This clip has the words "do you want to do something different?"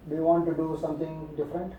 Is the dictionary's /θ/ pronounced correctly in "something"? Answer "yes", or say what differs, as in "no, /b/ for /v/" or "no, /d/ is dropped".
no, /t/ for /θ/